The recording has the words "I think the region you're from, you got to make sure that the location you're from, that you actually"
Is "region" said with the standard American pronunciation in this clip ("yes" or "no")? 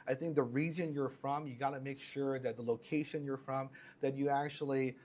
no